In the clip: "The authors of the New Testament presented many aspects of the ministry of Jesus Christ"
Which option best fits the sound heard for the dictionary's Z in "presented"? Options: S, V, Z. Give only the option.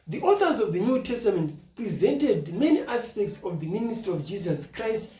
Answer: Z